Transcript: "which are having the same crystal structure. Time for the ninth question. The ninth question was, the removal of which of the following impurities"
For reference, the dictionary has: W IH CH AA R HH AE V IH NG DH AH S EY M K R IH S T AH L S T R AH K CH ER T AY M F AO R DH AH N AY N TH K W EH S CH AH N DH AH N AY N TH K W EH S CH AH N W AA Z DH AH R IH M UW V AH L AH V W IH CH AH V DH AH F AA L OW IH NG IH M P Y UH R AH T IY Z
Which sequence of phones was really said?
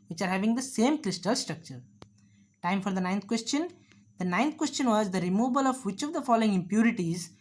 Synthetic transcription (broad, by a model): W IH CH AA R HH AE V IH NG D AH S EY M K R IH S T AH L S T R AH K CH ER T AY M F AO R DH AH N AY N T K W EH S CH AH N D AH N AY N T K W EH S CH AH N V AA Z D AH R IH M UW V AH L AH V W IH CH AH V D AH F AA L OW IH NG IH M P Y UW R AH T IY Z